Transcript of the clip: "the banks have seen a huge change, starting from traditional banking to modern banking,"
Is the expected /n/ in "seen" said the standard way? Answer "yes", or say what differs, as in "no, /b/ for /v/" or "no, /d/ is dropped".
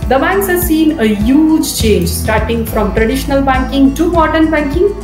yes